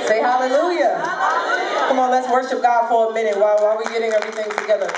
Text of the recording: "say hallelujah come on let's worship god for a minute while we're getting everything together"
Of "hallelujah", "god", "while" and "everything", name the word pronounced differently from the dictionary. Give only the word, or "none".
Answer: while